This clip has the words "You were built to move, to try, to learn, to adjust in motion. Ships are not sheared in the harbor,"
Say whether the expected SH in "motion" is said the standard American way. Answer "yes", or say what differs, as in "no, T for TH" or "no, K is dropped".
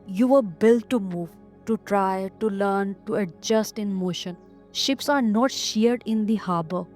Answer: yes